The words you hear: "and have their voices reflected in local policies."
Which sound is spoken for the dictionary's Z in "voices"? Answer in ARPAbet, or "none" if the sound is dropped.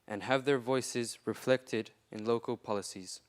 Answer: Z